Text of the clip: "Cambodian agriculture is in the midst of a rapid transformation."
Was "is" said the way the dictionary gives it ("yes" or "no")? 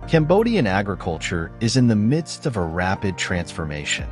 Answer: yes